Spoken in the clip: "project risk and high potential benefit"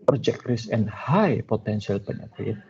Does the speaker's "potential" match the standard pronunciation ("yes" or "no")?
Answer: no